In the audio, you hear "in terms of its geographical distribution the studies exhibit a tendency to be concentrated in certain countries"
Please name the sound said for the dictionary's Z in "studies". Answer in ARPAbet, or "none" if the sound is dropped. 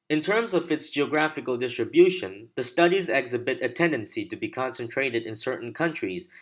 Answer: Z